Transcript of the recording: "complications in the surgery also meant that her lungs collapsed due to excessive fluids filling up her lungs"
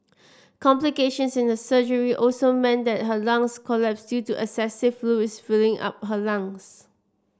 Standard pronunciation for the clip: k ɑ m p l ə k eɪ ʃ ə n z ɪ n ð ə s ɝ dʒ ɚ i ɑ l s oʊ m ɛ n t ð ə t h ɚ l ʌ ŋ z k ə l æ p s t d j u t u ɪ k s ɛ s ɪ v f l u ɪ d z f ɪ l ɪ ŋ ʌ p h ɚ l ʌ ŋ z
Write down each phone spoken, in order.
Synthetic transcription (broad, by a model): k ɑ m p l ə k eɪ ʃ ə n s ɪ n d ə s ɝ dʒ ɚ i ɑ l s oʊ m ɛ n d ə t h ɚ l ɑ ŋ s k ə l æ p s d j u t u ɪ s ɛ s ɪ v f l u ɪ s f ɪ l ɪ ŋ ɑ p h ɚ l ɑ ŋ s